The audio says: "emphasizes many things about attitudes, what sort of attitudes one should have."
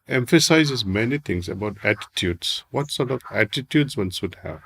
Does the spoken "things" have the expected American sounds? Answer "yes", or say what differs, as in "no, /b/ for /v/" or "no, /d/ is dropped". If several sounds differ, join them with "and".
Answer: no, /t/ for /θ/